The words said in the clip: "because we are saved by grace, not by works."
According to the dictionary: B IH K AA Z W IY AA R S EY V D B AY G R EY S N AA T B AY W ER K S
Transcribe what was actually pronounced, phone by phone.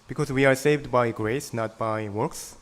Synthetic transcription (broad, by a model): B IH K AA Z W IY AA R S EY V D B AY G R EY S N AA T B AY W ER K S